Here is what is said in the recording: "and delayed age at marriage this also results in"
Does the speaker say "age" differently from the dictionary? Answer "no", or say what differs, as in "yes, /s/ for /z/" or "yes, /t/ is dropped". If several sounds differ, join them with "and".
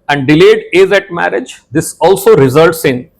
yes, /z/ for /dʒ/